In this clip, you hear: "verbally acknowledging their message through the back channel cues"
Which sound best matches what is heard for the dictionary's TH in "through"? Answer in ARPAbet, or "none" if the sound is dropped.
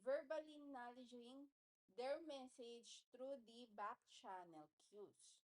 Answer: T